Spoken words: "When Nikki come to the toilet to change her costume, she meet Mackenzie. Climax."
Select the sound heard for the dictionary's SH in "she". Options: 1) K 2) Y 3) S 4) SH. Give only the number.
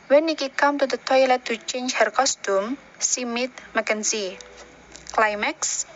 3